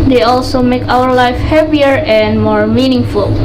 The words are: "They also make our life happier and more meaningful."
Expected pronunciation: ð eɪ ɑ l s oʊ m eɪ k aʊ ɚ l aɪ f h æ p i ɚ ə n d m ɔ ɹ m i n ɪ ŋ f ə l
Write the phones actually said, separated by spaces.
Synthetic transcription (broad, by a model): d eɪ ɑ l s oʊ m eɪ k aʊ ɚ l aɪ f h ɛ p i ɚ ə n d m ɔ ɹ m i n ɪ ŋ f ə l